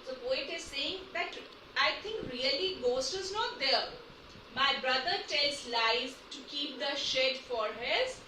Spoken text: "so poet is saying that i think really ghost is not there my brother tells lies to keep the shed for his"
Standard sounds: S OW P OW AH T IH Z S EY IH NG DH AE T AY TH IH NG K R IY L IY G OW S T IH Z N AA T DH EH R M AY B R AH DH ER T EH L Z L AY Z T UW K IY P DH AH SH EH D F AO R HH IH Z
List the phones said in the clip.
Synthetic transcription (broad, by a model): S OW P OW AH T IH Z S EY IH NG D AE T AY T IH NG K R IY L IY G OW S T IH Z N AA T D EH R M AY B R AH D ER T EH L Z L AY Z T UW K IY P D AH SH EH D F AO R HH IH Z